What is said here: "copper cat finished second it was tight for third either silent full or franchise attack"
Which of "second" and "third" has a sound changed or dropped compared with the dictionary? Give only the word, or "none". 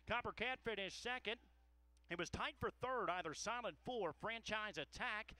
none